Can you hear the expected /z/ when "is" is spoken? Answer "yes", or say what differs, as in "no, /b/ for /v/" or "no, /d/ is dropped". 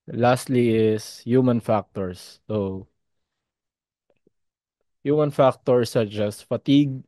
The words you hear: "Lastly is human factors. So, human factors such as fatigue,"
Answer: no, /s/ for /z/